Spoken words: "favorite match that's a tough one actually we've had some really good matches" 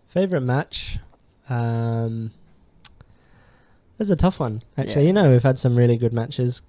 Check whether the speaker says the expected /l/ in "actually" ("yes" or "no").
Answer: no